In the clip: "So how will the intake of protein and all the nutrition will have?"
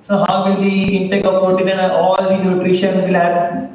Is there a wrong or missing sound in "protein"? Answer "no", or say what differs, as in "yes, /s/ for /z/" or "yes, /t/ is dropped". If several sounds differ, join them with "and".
yes, /ɹ/ is dropped